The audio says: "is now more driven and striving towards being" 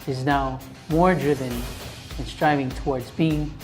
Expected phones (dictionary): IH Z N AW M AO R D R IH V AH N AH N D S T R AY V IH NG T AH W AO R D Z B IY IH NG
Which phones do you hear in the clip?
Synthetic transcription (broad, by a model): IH Z N AW M AO R D R IH V AH N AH N S T R AY V IH NG T AH W AO R D Z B IY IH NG